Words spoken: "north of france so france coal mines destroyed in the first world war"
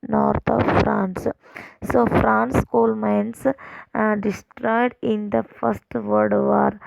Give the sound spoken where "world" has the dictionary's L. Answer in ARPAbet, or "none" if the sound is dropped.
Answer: none